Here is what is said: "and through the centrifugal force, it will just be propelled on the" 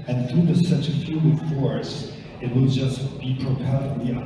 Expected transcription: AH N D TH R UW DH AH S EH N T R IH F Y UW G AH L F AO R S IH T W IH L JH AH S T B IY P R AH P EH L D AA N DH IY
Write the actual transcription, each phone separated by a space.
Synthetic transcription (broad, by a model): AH N TH R UW DH AH S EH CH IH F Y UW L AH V F AO R S IH T W IH L JH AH S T B IY P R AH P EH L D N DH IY